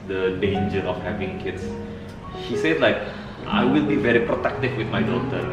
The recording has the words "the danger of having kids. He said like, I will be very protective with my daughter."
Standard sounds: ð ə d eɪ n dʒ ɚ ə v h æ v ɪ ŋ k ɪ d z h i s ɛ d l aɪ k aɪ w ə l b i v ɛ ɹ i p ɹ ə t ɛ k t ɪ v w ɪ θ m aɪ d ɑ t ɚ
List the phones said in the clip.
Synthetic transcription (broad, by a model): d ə d eɪ n dʒ ɚ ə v h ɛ v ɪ ŋ k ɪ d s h i s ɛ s l aɪ k aɪ w ə l b i v ɛ ɹ i p ɹ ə t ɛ k t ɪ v w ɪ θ m aɪ d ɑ t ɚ